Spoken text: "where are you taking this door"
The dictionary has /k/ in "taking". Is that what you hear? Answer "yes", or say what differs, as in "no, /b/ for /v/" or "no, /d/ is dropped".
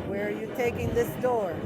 yes